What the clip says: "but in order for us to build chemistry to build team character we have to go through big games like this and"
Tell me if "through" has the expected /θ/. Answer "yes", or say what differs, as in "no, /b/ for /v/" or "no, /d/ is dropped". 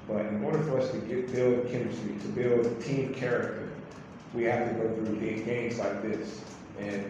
yes